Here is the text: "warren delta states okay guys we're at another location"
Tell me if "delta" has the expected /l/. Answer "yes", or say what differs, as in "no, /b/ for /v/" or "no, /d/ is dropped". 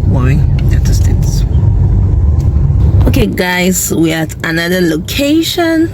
no, /l/ is dropped